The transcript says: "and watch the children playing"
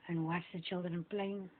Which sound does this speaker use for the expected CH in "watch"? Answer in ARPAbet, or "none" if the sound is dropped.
S